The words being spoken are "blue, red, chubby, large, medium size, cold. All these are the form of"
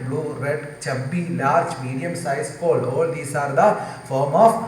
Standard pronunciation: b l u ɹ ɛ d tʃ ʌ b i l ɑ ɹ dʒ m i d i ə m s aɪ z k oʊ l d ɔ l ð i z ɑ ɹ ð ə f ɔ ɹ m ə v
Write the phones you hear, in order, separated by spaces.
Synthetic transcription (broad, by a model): b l u ɹ ɛ d tʃ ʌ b i l ɑ ɹ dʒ m i d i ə m s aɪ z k oʊ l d ɔ l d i s ɑ ɹ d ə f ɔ ɹ m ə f